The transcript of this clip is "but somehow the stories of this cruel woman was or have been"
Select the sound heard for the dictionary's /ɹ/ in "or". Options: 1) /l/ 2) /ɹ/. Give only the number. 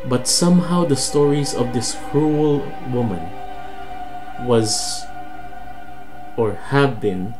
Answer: 2